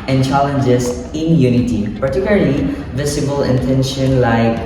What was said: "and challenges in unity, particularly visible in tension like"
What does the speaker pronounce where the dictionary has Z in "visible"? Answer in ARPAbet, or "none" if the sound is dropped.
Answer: S